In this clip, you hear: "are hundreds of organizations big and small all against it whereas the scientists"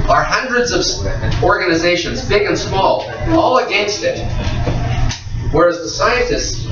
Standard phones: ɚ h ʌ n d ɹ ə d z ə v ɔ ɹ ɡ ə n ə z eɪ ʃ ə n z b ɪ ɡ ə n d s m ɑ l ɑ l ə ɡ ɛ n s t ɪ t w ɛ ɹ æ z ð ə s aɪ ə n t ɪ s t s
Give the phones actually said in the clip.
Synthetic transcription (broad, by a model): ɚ h ʌ n d ɹ ə d z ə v ɔ ɹ ɡ ə n ə z eɪ ʃ ə n z b ɪ ɡ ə n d s m ɑ l ɑ l ə ɡ ɛ n s t ɪ t w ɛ ɹ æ z ð ə s aɪ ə n t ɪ s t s